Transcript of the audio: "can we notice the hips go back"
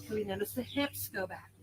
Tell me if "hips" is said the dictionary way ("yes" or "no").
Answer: yes